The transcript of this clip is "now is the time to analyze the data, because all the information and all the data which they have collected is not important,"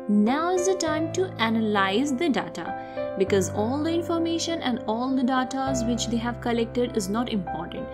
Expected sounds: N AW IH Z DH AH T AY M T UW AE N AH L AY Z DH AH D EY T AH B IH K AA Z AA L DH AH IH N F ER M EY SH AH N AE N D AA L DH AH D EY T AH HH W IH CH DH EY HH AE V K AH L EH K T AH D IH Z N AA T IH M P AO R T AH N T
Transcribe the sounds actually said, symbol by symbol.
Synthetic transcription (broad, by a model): N AW IH Z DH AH T AY M T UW AE N AH L AY Z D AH D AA T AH B IH K AA Z AA L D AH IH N F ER M EY SH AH N AE N D AA L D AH D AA T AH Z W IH CH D EY HH AE V K AH L EH K T AH D IH Z N AA T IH M P AO R T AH N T